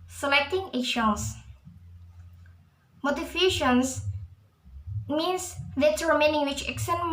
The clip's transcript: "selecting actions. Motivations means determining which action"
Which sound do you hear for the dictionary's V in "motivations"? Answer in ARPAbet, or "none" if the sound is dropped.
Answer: F